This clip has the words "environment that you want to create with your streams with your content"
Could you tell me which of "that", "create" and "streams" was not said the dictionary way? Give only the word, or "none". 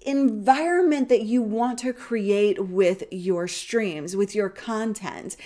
none